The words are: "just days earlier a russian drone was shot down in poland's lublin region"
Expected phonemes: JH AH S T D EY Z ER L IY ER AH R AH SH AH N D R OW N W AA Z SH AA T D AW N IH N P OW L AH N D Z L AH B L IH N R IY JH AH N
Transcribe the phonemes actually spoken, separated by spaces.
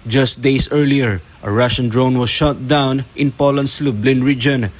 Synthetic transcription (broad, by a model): JH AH S T D EY S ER L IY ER AH R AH SH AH N D R OW N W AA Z SH AA T D AW N IH N P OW L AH N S L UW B L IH N R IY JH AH N